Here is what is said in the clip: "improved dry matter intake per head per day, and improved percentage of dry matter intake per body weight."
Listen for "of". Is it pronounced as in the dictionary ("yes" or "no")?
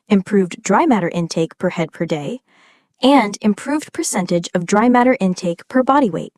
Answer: yes